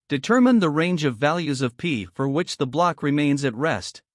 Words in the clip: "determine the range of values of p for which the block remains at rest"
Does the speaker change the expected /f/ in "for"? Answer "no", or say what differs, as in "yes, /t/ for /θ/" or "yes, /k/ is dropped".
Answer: no